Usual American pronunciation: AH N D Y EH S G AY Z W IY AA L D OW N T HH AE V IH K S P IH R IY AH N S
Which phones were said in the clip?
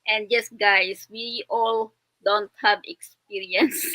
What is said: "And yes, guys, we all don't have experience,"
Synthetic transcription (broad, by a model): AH N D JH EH S G AY S W IY AA L D OW N T HH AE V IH K S P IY R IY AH N S